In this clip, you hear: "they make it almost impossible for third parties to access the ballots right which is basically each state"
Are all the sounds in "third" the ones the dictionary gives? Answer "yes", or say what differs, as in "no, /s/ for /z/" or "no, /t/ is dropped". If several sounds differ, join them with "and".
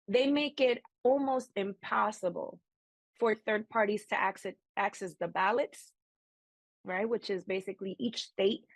yes